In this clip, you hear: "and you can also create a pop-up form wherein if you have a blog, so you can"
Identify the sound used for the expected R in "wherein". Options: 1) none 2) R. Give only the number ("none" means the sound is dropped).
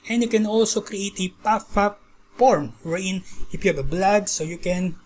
1